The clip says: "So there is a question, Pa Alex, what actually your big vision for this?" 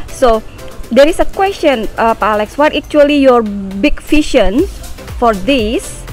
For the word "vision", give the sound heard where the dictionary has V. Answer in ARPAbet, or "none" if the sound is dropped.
F